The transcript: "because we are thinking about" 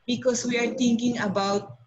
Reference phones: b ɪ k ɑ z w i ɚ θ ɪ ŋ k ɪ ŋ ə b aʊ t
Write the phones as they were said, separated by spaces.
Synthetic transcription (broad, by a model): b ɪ k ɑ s w i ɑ t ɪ ŋ k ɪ ŋ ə b aʊ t